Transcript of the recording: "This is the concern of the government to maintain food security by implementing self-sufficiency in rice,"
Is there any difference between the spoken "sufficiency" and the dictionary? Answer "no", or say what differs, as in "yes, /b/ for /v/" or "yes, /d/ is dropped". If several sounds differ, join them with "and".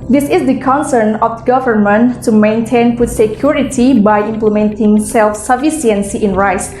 yes, /s/ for /ʃ/